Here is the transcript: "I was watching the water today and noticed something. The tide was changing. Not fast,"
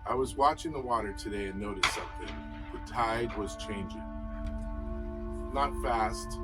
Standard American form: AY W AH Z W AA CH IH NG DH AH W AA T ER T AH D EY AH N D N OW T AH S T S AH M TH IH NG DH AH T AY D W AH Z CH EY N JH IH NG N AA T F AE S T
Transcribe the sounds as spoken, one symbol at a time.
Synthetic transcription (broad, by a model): AY W AH Z W AA CH IH NG DH AH W AA T ER T AH D EY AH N N OW T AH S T S AH M TH IH NG DH AH T AY D W AH Z CH EY N JH IH NG N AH T F AE S T